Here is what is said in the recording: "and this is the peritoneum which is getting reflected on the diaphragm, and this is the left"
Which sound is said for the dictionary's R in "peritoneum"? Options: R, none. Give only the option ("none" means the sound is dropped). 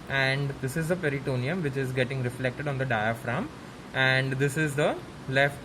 R